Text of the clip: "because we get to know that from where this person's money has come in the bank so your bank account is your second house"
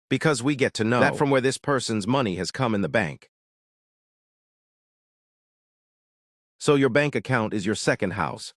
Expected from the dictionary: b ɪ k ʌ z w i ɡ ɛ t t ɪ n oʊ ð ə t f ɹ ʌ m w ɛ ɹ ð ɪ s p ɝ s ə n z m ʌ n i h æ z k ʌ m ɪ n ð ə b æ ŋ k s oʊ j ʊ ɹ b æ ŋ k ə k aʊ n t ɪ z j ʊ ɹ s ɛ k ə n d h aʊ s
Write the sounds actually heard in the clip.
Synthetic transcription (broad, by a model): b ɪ k ʌ z w i ɡ ɛ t t ɪ n oʊ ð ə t f ɹ ʌ m w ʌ ɹ ð ɪ s p ɝ s ə n z m ʌ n i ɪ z k ʌ m ɪ n ð ə b æ ŋ k s oʊ j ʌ ɹ b æ ŋ k ə k aʊ n t ɪ z j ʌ ɹ s ɛ k ə n d h aʊ s